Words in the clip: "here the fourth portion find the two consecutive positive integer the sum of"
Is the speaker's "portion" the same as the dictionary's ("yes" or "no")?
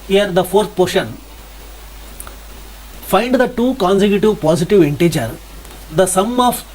yes